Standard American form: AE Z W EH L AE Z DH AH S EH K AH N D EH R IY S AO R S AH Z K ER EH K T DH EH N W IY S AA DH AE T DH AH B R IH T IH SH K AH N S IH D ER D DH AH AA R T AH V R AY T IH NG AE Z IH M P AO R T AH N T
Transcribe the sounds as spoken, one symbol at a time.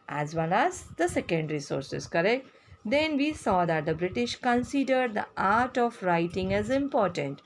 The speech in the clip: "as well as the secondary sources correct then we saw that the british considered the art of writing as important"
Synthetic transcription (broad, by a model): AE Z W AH N AE Z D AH S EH K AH N D R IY S AO R S AH Z K ER EH K T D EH N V IY S AA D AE T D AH B R IH T IH SH K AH N S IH D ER D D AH AA R T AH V R AY T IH NG AE Z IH M P AO R T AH N T